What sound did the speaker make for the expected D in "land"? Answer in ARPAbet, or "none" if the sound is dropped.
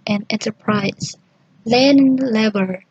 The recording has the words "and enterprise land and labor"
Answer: none